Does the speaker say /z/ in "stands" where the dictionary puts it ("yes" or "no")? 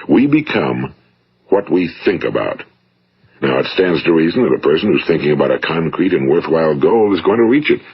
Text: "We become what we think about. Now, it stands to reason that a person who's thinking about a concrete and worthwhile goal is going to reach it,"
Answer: yes